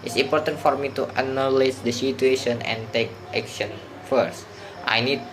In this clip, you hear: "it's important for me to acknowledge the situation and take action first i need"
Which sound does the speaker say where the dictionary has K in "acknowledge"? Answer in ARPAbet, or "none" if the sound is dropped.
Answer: none